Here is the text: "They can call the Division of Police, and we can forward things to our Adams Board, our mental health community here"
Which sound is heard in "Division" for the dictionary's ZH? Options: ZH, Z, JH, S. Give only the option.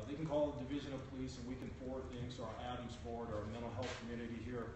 ZH